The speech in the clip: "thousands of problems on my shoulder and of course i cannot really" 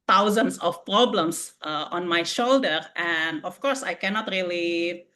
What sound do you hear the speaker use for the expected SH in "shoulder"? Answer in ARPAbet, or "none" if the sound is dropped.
SH